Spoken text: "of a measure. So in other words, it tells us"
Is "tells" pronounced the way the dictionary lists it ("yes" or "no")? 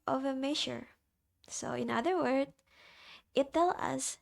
no